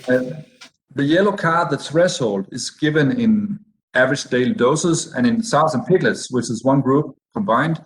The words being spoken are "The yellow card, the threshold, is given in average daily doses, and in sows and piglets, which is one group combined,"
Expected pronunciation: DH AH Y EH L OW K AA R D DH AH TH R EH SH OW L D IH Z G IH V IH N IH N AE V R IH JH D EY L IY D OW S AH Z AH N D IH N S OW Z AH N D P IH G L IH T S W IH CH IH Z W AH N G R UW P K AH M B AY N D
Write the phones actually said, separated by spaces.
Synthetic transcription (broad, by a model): DH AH Y EH L OW K AA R DH AH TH R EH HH OW L D IH Z G IH V IH N IH N AE V R IH JH D EY L IY D OW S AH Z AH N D IH N S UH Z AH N P IH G L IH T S W IH CH IH Z W AH N G R UW P K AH M B AY N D